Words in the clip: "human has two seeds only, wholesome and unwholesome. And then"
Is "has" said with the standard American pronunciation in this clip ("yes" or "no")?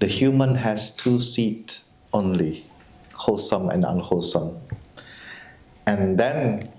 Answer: no